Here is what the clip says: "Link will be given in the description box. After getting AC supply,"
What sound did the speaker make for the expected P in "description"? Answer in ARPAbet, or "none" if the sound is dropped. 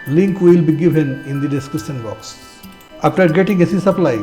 none